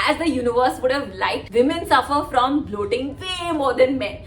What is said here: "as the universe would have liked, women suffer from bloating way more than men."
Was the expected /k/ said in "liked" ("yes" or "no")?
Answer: no